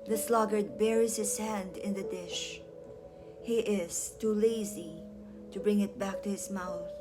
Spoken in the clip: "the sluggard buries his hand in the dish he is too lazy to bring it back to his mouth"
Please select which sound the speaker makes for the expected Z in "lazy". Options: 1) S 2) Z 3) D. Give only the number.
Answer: 2